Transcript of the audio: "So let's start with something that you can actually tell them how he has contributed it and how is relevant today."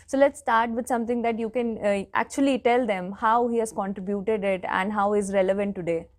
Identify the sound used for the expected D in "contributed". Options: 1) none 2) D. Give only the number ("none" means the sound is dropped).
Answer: 2